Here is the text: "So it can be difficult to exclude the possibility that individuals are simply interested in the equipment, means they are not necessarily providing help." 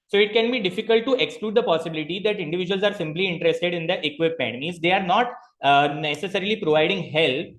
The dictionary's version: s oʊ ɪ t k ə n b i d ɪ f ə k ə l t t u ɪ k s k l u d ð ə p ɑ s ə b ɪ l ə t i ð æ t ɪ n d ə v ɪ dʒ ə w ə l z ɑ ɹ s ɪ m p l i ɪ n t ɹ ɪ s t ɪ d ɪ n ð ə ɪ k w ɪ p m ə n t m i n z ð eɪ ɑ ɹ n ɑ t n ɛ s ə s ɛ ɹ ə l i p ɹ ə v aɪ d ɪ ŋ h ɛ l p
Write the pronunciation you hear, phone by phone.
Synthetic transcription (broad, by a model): s oʊ ɪ t k ə n b i d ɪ f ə k ə l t t u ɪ k s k l u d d ə p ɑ s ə b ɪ l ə t i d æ t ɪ n d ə v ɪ dʒ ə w ə l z ɑ ɹ s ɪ m p l i ɪ n t ɹ ɪ s t ɪ d ɪ n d ə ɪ k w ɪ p ə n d m i z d eɪ ɑ ɹ n ɑ t n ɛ s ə s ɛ ɹ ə l i p ɹ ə v aɪ d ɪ ŋ h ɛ l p